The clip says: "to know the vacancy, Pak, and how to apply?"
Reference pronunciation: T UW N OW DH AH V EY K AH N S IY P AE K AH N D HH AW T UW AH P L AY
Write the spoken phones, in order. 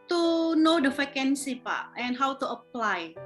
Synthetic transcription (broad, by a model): T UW N OW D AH F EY K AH N S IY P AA AH N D HH AW T UW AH P L AY